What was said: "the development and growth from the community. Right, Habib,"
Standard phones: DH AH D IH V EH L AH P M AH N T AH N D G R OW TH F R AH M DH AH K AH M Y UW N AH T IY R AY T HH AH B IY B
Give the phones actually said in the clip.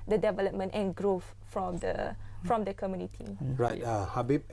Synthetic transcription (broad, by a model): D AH D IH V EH L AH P M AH N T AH N G R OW F F R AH M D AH K AH M Y UW N AH T IY R AY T HH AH B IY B